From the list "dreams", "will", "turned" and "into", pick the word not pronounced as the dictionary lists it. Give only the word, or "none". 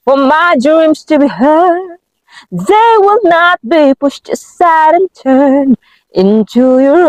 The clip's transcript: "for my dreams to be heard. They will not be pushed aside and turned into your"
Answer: turned